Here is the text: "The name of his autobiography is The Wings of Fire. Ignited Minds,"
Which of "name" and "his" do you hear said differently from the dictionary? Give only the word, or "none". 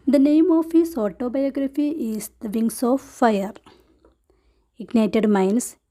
his